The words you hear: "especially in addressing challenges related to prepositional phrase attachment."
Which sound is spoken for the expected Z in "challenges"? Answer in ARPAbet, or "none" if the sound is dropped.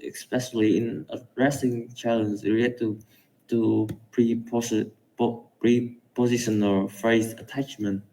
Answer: none